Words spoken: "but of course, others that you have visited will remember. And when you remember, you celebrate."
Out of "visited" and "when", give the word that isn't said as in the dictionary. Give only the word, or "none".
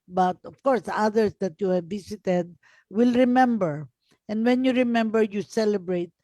visited